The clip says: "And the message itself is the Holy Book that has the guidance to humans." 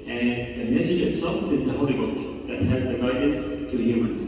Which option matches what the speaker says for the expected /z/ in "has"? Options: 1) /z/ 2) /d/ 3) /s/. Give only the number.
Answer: 1